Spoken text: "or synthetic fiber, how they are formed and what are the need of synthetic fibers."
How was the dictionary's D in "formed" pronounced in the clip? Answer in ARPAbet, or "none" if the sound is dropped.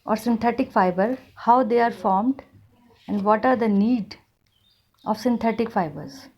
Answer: D